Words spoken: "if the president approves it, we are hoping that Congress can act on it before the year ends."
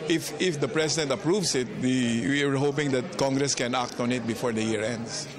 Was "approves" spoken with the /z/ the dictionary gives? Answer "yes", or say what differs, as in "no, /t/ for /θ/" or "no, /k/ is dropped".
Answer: no, /s/ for /z/